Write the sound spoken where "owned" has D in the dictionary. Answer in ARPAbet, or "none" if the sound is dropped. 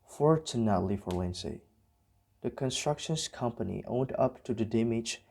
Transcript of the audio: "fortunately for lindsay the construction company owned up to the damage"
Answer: D